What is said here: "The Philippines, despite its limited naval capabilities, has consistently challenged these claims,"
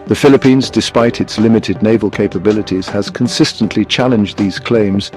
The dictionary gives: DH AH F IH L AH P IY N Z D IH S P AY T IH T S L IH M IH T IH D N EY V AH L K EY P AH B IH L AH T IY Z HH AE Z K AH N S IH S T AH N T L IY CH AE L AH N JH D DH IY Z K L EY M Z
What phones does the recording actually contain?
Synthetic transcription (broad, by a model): DH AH F IH L AH P IY N Z D IH S P AY T IH T S L IH M IH T IH D N EY V AH L K EY P AH B IH L AH T IY Z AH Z K AH N S IH S T AH N T L IY CH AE L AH N JH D DH IY Z K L EY M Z